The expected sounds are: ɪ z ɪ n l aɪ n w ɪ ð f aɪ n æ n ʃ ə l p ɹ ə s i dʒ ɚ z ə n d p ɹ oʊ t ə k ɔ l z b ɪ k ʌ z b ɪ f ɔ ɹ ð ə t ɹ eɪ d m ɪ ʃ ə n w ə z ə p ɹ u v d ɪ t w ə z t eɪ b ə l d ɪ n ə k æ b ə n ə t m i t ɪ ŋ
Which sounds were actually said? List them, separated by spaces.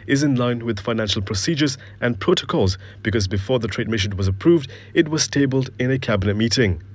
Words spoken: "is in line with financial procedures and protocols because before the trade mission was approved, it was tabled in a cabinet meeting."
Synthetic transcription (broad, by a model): ɪ z ɪ n l aɪ n w ɪ ð f aɪ n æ n ʃ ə l p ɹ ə s i dʒ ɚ z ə n p ɹ oʊ t ə k ɔ l z b ɪ k ʌ z b ɪ f ɔ ɹ ð ə t ɹ eɪ d m ɪ ʃ ə n w ə z ə p ɹ u v d ɪ t w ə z t eɪ b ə l d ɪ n ə k æ b ə n ə t m i t ɪ ŋ